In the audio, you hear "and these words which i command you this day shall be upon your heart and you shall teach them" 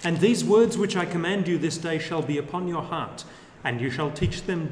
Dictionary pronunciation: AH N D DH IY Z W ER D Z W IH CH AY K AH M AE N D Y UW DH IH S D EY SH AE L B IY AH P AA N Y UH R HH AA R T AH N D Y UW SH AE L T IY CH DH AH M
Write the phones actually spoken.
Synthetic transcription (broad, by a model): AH N DH IY Z W ER D Z W IH CH AY K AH M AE N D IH DH IH S D EY SH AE L B IY AH P AA N Y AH R HH AA R T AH N Y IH SH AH L T IY CH DH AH M